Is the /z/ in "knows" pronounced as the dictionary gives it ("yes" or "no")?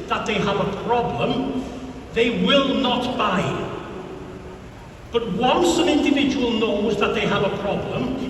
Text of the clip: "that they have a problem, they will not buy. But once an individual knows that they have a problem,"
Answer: yes